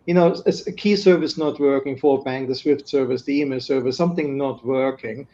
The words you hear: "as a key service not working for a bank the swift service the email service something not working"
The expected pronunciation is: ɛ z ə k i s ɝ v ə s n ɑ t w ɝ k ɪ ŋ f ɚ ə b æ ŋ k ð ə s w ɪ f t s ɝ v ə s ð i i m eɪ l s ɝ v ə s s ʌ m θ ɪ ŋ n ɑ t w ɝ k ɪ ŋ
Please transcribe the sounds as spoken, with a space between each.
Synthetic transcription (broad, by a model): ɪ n ə k i s ɝ v ə s n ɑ t w ɝ k ɪ ŋ f ɚ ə b æ ŋ k ð ə s w ɪ f t s ɝ v ə s ð i i m eɪ l s ɝ v ə s s ʌ m θ ɪ ŋ n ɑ t w ɝ k ɪ ŋ